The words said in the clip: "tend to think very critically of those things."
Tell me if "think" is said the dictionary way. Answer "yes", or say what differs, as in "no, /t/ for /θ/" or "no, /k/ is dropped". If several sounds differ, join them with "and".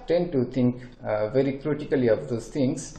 no, /t/ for /θ/